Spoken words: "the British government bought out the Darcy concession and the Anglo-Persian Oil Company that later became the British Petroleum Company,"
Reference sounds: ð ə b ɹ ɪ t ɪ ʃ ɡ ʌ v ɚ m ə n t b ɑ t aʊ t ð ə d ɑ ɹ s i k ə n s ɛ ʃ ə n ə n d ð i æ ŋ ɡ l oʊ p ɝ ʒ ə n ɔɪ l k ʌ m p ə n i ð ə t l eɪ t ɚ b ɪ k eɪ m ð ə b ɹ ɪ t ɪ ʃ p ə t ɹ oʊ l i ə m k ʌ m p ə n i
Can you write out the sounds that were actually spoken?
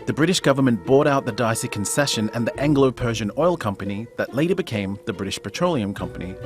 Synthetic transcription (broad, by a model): ð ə b ɹ ɪ t ɪ ʃ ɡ ʌ v ɚ m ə n b ɑ t aʊ t ð ə d ɑ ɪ s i k ə n s ɛ ʃ ə n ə n ð i æ ŋ ɡ l oʊ p ɝ ʒ ə n ɔɪ l k ʌ m p ə n i ð ə t l eɪ t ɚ b ɪ k eɪ m ð ə b ɹ ɪ t ɪ ʃ p ə t ɹ oʊ l i ə m k ʌ m p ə n i